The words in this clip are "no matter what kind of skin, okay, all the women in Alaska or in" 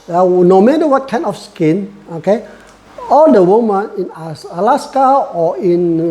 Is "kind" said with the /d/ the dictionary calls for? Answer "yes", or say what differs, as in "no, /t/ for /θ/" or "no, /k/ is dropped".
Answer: no, /d/ is dropped